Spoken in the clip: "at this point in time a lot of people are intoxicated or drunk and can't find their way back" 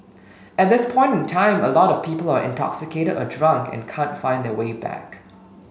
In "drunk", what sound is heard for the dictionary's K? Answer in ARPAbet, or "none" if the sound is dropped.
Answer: K